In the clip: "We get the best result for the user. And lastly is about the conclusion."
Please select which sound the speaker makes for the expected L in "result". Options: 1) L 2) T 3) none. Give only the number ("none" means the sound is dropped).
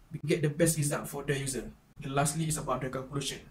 3